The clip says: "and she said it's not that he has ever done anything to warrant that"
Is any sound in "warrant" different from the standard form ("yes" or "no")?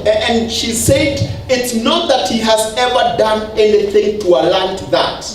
yes